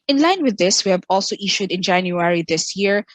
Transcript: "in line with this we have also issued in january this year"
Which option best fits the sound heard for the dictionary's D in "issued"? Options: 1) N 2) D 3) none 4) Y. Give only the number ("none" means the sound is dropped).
2